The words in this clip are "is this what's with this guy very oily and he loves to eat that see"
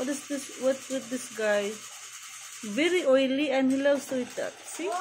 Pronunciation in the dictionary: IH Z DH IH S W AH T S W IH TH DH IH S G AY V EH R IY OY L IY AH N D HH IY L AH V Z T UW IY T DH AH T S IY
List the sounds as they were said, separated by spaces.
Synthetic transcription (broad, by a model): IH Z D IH S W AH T W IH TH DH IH S G AY V EH R IY OY L IY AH N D HH IY L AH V S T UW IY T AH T S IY